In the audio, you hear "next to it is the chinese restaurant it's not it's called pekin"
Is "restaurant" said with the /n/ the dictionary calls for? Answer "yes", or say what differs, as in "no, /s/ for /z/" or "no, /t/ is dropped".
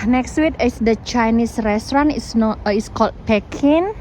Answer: no, /n/ is dropped